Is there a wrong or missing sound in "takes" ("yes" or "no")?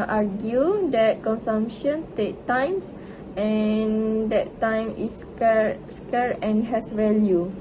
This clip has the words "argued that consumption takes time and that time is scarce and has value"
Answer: yes